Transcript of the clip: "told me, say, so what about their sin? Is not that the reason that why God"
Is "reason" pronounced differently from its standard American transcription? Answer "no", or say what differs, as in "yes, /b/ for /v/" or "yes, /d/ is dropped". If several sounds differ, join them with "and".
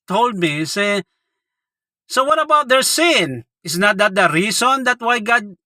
yes, /s/ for /z/